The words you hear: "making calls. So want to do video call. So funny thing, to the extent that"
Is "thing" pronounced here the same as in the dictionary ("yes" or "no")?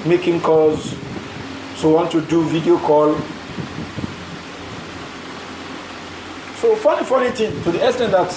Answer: no